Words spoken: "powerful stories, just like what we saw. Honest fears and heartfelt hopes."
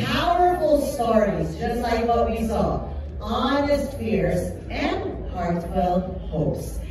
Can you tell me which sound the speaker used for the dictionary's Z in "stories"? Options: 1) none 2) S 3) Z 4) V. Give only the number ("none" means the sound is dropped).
3